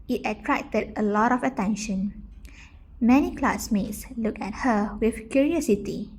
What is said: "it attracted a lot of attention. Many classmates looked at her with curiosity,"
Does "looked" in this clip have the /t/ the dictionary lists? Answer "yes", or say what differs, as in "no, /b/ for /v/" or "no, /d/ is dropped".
no, /t/ is dropped